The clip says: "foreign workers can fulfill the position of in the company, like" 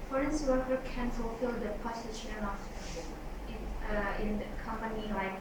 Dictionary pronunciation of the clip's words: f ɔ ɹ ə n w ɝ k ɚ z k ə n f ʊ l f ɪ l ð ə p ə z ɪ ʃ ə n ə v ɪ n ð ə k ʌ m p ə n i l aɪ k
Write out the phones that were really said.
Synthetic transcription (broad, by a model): f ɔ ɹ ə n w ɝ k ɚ k ə n f ʊ l f ɪ l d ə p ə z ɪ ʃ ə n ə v ɪ n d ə k ʌ m p ə n i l aɪ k